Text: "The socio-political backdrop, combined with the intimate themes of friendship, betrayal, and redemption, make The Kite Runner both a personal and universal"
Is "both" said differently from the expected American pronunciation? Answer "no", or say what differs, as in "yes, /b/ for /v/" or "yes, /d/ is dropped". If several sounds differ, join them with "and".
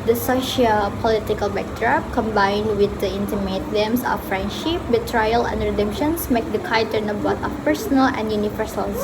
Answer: yes, /t/ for /θ/